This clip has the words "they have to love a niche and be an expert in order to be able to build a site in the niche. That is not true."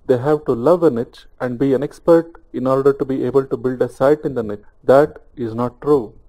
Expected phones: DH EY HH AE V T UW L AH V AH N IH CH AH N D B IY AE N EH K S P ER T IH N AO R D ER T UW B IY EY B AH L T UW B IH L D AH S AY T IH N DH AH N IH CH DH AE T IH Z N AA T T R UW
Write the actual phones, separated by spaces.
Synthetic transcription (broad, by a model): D EY HH AE V T UW L AH V AH N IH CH AH N D B IY AE N EH K S P ER T IH N AO R D ER T UW B IY EY B AH L T UW B IH L D AH S AY T IH N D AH N IH CH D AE T IH Z N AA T T R UW